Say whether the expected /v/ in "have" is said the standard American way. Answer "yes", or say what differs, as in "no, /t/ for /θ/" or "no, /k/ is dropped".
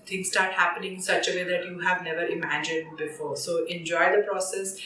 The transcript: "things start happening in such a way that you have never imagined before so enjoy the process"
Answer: yes